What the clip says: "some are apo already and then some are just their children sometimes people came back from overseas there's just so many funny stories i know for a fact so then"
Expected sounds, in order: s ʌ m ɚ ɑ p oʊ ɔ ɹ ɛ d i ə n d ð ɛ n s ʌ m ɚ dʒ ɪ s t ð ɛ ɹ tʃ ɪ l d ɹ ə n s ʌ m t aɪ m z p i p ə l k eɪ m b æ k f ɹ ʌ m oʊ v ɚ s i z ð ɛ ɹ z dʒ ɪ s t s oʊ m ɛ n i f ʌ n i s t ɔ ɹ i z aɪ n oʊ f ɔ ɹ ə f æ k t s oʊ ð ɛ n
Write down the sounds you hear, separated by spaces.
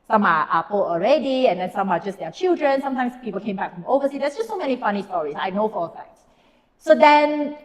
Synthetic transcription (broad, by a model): s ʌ m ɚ ɑ p oʊ ɔ ɹ ɛ d i ə n d ɛ n s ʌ m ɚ dʒ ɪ s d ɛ tʃ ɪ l d ɹ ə n s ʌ m t aɪ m s p i p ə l k eɪ m b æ k f ɹ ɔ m oʊ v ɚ s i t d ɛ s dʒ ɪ s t s oʊ m ɛ n i f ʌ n i s t ɔ ɹ i s aɪ n oʊ f ɔ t ə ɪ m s s oʊ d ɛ n